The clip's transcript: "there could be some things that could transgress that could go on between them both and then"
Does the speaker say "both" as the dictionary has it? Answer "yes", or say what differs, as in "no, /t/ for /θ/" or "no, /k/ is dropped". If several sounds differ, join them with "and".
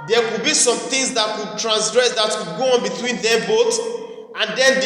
no, /t/ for /θ/